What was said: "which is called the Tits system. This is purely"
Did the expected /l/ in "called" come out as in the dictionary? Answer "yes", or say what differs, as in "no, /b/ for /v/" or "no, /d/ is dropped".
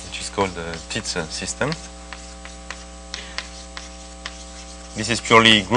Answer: yes